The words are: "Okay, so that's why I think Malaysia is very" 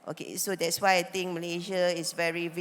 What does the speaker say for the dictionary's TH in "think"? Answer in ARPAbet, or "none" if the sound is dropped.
T